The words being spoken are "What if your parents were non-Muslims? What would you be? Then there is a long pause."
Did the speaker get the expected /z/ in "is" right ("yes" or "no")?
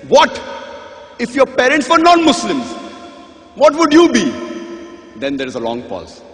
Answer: yes